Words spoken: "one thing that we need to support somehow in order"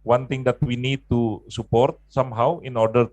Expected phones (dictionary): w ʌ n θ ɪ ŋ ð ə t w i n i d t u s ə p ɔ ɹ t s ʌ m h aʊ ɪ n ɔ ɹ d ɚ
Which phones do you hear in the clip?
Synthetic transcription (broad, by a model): w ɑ n t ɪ ŋ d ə t w i n i d t u s ə p ɔ ɹ t s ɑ m h aʊ ɪ n ɔ ɹ d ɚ